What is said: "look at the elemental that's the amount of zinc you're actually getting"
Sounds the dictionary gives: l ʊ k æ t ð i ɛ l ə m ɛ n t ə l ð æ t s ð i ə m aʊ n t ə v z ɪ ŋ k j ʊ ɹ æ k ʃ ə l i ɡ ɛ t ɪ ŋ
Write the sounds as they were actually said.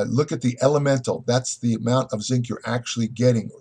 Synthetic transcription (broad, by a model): l ʊ k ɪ t ð i ɛ l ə m ɛ n t l ð æ t s ð i ə m aʊ n t ə v z ɪ ŋ k j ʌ ɹ æ k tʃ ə l i ɡ ɛ t ɪ ŋ